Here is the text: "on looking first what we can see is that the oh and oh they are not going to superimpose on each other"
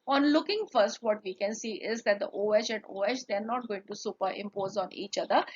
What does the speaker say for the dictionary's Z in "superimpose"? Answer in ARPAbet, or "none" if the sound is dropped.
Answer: Z